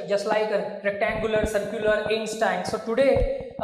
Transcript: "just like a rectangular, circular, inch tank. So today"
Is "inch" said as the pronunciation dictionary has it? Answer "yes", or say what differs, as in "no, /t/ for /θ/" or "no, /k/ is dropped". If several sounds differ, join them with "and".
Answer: no, /s/ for /tʃ/